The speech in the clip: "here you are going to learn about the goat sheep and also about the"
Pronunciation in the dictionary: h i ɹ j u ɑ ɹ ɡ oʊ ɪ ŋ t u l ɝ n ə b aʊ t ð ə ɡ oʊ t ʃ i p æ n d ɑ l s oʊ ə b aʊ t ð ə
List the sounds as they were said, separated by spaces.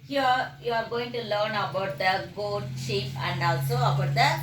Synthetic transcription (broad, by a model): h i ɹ j u ɑ ɹ ɡ oʊ ɪ ŋ t u l ɝ n ə b aʊ t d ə ɡ oʊ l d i f æ n d ɑ l s oʊ ə b aʊ t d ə